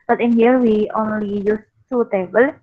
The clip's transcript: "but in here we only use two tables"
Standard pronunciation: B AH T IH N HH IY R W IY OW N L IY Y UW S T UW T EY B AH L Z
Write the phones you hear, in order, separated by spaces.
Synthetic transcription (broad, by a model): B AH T IH N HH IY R W IY OW N L IY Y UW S S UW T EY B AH L